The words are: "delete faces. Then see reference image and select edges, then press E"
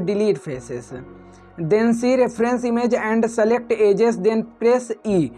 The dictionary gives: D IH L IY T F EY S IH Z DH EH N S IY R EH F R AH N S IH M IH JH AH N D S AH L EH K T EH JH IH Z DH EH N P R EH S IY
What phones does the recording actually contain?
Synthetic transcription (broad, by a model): D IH L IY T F EY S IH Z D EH N S IY R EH P R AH N S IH M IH JH AH N D S AH L EH K T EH JH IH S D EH N P R EH S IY